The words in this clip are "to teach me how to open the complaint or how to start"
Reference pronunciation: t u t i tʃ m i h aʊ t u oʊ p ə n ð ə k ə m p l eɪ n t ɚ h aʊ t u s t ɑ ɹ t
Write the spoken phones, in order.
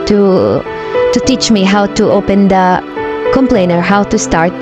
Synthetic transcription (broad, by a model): t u t i tʃ m i h aʊ t u oʊ p ə n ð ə k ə m p l eɪ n ɚ h aʊ t u s t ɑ ɹ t